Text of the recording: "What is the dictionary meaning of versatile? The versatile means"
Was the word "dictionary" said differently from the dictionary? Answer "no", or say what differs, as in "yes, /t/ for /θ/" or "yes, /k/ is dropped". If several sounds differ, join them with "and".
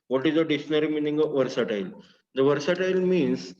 yes, /k/ is dropped